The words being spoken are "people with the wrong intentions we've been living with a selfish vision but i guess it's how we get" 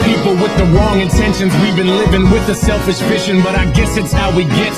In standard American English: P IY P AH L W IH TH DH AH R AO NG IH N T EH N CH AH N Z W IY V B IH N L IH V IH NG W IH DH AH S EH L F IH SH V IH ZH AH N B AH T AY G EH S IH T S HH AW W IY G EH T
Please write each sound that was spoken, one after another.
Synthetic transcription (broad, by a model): P IY P L W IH DH AH R AO NG IH N T EH N SH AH N Z W IY V B IH N L IH V IH NG W IH DH AH S EH L F IH SH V IH SH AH N B AH T AY G EH S IH T S HH AW W IY G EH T